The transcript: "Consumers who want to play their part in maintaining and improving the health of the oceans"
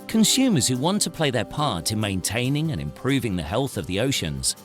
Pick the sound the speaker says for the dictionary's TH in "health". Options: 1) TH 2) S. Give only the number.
1